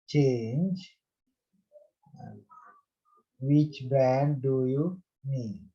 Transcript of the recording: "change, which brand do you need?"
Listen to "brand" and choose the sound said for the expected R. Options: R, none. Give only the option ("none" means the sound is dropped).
none